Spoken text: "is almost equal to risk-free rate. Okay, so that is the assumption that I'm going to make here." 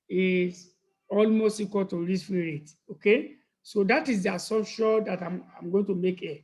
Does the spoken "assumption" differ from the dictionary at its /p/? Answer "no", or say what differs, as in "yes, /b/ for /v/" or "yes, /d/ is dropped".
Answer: yes, /p/ is dropped